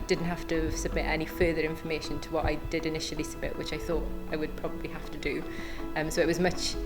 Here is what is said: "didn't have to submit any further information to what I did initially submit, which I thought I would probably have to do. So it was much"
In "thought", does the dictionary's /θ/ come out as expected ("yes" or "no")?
yes